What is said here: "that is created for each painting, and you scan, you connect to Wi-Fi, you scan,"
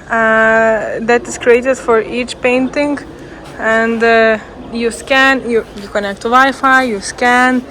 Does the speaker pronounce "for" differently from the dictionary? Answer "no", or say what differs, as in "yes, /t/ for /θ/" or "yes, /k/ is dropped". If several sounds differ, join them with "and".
no